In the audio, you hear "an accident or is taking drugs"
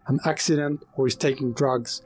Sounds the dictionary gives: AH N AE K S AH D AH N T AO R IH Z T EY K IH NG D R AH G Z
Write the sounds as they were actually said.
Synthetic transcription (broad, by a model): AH N AE K S AH D AH N T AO W IH Z T EY K IH NG D R AH G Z